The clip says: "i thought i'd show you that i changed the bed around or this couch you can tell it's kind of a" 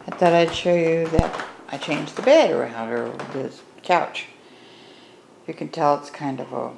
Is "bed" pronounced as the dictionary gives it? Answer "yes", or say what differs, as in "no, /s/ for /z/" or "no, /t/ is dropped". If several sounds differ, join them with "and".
yes